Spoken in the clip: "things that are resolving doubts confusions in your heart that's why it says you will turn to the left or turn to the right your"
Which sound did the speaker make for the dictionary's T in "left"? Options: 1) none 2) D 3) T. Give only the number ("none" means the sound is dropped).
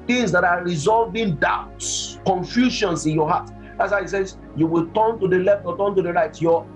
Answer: 3